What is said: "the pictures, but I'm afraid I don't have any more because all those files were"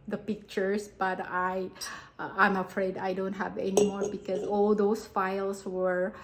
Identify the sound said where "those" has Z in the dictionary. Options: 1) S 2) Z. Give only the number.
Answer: 1